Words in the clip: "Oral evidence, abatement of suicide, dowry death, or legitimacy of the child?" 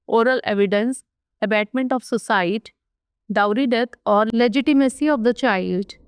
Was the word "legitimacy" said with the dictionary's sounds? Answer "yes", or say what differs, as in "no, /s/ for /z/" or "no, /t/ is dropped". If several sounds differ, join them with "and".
yes